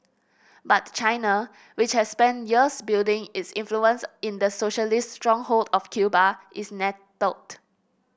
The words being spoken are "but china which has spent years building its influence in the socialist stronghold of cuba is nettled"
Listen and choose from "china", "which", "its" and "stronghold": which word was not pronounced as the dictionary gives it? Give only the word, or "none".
none